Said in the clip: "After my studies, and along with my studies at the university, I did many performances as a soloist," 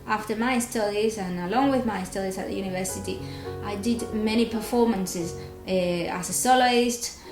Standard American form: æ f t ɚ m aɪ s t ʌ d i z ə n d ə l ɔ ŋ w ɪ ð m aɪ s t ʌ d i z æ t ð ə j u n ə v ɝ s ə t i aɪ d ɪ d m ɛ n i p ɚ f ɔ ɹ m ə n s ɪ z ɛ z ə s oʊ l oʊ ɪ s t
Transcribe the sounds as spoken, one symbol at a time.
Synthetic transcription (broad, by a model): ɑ f t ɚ m aɪ s t ʌ d i z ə n ə l ɔ ŋ w ɪ ð m aɪ s t ʌ d i z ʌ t ð ə j u n ə v ɝ s ə t i aɪ d ɪ d m ɛ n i p ɚ f ɔ ɹ m ə n s ɪ z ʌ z ə s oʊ l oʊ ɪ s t